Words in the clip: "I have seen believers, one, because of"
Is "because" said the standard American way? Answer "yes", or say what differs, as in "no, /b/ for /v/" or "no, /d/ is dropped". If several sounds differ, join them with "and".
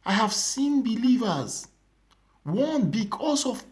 no, /s/ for /z/